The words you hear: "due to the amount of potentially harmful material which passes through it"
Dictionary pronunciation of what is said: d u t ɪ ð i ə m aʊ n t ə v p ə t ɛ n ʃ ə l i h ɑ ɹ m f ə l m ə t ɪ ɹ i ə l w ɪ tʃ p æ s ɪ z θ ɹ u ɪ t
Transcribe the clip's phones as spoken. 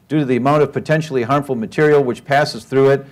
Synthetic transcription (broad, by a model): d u t ɪ ð i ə m aʊ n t ə v p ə t ɛ n ʃ l i h ɑ ɹ m f l m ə t ɪ ɹ i l w ɪ tʃ p æ s ɪ z θ ɹ u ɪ t